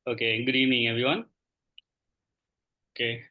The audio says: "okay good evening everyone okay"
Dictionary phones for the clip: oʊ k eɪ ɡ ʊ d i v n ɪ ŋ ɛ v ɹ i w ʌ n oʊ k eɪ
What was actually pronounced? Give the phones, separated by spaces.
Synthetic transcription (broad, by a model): oʊ k eɪ ɡ d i n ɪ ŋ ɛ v i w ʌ n oʊ k eɪ